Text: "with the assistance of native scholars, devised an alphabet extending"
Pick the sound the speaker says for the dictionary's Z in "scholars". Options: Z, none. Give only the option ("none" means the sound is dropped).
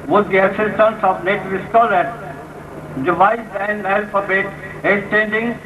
none